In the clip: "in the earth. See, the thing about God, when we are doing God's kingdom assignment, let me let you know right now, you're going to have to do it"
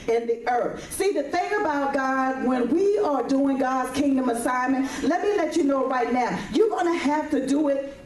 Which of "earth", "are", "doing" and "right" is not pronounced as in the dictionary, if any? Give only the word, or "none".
none